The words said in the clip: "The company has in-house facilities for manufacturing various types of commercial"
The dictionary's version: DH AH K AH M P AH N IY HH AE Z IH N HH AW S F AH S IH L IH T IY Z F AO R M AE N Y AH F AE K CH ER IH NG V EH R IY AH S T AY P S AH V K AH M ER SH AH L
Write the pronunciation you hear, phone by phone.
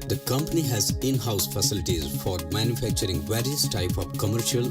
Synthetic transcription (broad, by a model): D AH K AH M P AH N IY HH AE Z IH N HH AW S F AH S IH L IH T IY Z F AO R M AE N Y AH F AE K CH ER IH NG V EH R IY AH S T AY P AH V K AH M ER SH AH L